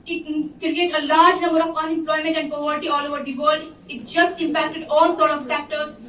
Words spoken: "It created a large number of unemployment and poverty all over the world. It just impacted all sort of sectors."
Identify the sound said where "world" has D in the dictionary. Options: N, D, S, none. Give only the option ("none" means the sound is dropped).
none